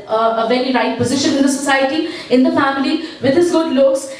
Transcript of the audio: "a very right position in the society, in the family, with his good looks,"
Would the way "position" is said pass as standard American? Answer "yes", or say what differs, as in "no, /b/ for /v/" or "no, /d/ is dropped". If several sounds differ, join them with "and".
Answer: yes